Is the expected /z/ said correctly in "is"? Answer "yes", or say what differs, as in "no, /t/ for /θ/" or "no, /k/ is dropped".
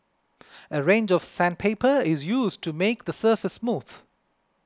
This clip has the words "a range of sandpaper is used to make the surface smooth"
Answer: yes